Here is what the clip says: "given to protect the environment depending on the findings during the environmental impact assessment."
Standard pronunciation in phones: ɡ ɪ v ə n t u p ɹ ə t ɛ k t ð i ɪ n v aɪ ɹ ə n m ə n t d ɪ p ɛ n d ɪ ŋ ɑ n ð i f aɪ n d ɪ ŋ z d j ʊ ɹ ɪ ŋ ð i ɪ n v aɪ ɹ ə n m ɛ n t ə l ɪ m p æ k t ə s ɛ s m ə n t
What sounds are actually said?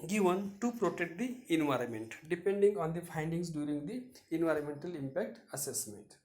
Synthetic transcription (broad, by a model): ɡ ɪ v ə n t u p ɹ ə t ɛ k t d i ɪ n v aɪ ɹ ə n m ə n t d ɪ p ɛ n d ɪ ŋ ɑ n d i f aɪ n d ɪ ŋ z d j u ɹ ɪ ŋ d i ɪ n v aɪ ɹ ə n m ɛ n t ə l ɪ m p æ k t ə s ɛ s m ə n t